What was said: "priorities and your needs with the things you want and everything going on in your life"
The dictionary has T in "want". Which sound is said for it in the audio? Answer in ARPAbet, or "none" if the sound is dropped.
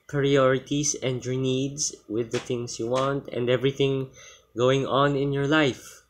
T